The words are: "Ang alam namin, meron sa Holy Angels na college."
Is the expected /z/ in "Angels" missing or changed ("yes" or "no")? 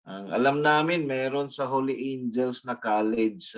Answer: yes